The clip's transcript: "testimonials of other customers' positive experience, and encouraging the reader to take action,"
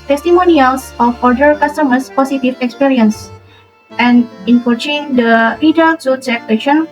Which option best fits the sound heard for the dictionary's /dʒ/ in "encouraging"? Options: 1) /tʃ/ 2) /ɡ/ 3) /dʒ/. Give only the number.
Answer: 1